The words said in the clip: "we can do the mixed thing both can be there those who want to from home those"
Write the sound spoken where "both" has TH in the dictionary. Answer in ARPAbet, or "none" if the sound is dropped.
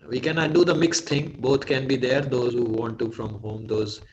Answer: T